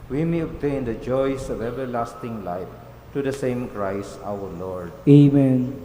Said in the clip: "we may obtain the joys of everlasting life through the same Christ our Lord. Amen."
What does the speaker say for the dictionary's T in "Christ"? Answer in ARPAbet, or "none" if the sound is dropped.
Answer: none